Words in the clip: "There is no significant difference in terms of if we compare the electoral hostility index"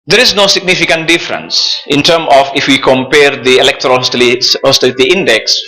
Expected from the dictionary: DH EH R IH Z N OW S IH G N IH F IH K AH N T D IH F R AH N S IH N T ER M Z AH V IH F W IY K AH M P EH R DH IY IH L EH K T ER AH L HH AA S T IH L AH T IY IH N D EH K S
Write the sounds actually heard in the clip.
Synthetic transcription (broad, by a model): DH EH R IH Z N OW S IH G N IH F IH K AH N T D IH F R AH N S IH N T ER M AH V IH F W IY K AH M P EH R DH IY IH L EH K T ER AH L HH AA S T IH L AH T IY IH N D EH K S